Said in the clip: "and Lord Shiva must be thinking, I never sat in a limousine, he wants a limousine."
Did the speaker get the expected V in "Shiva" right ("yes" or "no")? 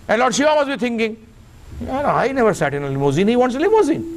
no